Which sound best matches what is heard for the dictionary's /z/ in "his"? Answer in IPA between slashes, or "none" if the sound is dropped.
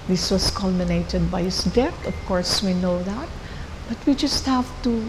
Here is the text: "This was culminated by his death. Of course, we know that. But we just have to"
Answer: /s/